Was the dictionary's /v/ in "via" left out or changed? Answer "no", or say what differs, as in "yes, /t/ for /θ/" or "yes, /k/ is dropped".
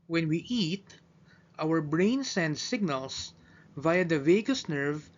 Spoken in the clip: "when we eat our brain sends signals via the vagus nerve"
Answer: no